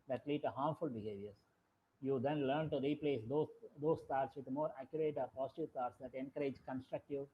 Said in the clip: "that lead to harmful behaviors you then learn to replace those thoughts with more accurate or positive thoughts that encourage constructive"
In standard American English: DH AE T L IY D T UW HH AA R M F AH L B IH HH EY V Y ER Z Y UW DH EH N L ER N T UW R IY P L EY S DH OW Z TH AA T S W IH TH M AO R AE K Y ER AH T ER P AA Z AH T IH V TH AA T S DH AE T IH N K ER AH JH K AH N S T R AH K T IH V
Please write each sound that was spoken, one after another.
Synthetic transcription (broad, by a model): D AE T L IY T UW HH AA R M F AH L B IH HH EY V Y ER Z Y UW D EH N L ER N T UW R IY P L EY S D OW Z T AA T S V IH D M AO R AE K Y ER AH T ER P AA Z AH T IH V T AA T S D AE T IH N K ER AH JH K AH N S T R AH K T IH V